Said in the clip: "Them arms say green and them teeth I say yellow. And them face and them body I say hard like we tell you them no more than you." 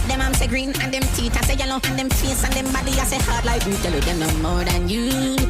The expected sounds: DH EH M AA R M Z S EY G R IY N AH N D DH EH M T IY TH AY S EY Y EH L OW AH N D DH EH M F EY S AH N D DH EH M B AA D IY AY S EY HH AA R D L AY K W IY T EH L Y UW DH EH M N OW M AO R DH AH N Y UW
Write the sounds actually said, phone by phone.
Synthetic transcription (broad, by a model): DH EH M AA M S EY G R IY N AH N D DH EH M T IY T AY S EY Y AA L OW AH N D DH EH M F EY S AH N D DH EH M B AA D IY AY S EY HH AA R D L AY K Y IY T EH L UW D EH N OW M AO R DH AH N Y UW